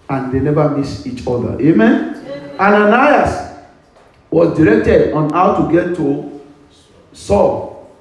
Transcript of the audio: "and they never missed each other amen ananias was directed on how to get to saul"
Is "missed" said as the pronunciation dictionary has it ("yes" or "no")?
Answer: no